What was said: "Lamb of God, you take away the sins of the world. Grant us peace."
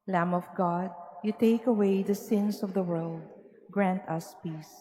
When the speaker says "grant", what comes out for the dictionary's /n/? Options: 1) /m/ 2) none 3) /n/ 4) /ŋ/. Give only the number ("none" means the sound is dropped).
3